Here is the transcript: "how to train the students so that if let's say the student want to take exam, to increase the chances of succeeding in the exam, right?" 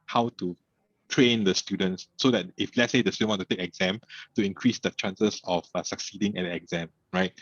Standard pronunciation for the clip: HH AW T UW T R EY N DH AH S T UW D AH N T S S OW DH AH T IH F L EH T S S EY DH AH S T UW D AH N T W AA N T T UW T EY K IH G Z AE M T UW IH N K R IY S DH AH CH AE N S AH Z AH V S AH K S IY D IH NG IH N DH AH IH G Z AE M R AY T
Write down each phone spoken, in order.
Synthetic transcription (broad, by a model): HH AW T UW T R EY N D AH S T UW D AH N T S S OW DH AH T IH F L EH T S S EY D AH S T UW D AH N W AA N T T UW T EY K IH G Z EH M T UW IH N K R IY S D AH CH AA N S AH S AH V S AH K S IY D IH NG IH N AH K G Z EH M R AY T